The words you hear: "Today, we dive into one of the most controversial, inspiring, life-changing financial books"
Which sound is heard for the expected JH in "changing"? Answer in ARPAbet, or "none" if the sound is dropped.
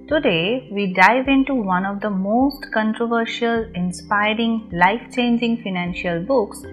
JH